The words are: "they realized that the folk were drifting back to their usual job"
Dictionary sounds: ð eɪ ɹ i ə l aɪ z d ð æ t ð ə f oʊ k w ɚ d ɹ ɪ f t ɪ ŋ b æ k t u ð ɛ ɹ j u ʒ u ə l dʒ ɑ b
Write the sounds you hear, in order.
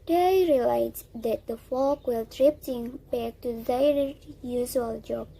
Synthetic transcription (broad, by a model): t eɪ ɹ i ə l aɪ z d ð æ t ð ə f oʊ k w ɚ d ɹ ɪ p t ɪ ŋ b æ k t u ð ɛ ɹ j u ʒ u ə l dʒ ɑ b